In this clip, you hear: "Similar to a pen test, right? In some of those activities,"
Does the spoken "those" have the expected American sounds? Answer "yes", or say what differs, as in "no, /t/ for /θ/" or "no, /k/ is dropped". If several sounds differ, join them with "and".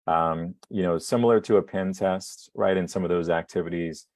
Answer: yes